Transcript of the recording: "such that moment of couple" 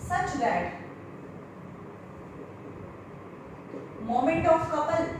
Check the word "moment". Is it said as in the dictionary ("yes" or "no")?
yes